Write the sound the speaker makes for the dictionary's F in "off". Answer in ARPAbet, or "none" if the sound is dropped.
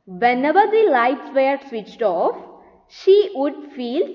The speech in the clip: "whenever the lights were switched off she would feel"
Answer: F